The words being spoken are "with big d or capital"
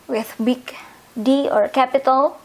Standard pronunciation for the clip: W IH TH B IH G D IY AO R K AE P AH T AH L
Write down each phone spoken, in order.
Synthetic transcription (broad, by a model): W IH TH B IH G D IY AO R K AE P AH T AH L